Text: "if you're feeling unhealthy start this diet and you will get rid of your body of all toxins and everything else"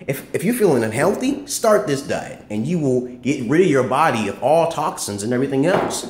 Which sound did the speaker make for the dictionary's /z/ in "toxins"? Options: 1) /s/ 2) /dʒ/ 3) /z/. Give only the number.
3